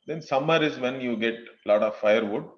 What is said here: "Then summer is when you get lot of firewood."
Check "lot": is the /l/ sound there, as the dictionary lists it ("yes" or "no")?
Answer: yes